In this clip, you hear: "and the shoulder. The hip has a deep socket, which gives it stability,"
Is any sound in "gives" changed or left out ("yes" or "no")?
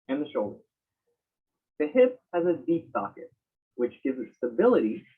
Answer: no